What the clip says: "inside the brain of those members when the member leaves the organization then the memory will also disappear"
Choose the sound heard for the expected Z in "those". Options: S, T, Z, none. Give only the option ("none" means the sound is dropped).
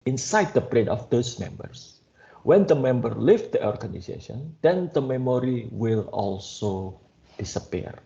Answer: S